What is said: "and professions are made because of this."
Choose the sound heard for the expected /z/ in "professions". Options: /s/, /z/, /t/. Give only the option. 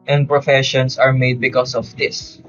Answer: /s/